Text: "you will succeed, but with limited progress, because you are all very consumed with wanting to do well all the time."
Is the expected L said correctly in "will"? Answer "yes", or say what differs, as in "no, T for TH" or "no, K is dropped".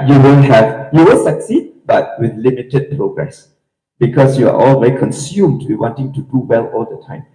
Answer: no, N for L